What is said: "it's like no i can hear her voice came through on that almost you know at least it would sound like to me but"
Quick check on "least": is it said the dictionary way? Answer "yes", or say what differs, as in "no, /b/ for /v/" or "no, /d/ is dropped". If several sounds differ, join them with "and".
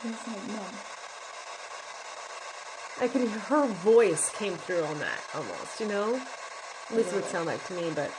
no, /t/ is dropped